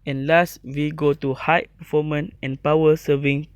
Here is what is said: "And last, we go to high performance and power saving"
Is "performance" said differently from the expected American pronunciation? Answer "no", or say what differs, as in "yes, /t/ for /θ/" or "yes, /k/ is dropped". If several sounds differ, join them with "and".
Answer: yes, /s/ is dropped